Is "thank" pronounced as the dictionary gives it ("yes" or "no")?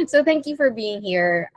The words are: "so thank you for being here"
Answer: yes